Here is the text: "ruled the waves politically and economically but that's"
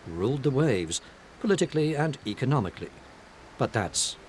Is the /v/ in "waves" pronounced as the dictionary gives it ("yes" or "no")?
yes